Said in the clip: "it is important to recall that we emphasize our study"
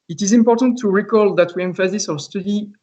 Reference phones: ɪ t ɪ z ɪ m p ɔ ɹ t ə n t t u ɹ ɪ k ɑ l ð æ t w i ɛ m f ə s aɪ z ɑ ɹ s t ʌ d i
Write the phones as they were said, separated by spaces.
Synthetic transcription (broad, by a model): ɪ t ɪ z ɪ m p ɔ ɹ t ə n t t u ɹ ɪ k ɑ l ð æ t w i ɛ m f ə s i s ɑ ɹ s t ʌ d i